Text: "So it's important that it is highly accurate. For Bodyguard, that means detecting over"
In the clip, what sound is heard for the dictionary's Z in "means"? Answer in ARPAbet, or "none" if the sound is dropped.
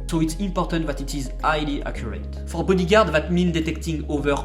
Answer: none